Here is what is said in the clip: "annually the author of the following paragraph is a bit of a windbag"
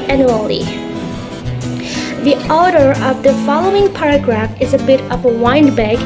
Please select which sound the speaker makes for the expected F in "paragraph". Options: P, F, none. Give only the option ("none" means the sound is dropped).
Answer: F